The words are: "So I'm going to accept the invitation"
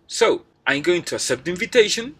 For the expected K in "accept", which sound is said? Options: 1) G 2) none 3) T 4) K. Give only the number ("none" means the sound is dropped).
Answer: 2